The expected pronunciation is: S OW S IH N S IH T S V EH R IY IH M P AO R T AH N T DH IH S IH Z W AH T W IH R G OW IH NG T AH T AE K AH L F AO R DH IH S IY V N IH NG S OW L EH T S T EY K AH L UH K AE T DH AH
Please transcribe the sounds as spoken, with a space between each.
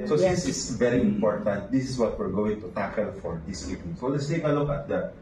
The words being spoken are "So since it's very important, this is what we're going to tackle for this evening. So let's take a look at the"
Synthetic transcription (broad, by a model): S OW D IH S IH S V EH R IY IH M P AO R T AH N T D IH S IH S W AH T W IH R G OW IH NG T AH T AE K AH L F AO R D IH S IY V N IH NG S OW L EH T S T EY K AH L UH K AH T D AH